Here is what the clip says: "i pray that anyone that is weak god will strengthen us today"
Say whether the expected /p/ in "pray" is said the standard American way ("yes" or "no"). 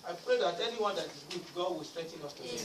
yes